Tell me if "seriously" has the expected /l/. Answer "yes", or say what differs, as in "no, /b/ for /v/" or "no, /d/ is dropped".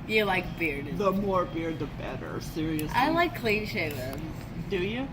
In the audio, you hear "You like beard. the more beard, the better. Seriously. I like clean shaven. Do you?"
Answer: no, /l/ is dropped